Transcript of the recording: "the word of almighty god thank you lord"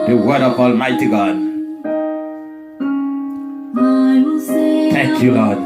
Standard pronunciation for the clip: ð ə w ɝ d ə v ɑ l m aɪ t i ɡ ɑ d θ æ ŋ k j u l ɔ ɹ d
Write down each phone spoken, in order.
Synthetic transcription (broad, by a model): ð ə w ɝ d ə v ɑ l m aɪ t i ɡ ɑ d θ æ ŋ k j u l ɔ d